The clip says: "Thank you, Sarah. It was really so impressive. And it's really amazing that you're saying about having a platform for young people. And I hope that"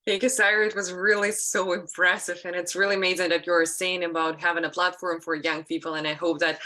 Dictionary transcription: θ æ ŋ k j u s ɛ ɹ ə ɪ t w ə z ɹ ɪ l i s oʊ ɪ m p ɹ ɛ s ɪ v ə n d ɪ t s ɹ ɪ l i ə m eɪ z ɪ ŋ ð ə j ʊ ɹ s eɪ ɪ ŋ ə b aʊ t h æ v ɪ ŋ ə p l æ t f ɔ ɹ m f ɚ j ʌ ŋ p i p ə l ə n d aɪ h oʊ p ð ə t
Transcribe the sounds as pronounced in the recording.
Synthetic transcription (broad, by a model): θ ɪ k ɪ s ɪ ɹ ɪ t w ə z ɹ ɪ l i s oʊ ɪ m p ɹ ɛ s ɪ v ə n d ɪ t s ɹ ɪ l i ə m eɪ z ɪ ŋ ð ə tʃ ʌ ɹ s eɪ ɪ ŋ ə b aʊ t h æ v ɪ ŋ ə p l æ t f ɔ ɹ m f ɚ j ʌ ŋ p i p l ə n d aɪ h oʊ p ð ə t